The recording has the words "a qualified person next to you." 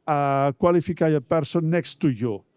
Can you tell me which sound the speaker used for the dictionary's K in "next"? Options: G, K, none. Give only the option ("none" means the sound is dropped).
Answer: K